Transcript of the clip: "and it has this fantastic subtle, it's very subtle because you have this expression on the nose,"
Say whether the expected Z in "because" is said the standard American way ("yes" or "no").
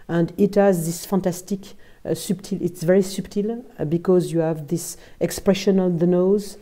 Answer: yes